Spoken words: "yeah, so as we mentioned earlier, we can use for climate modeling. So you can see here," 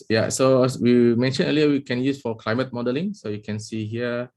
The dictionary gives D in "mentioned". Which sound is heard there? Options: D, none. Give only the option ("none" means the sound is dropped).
none